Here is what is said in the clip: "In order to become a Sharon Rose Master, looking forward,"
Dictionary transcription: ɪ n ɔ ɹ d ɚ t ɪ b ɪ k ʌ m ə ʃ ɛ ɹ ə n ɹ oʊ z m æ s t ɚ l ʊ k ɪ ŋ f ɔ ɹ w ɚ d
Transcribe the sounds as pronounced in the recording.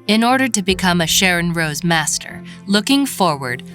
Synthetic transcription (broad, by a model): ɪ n ɔ ɹ d ɚ t ɪ b ɪ k ʌ m ə ʃ ɛ ɹ ə n ɹ oʊ z m æ s t ɚ l ʊ k ɪ ŋ f ɔ ɹ w ɚ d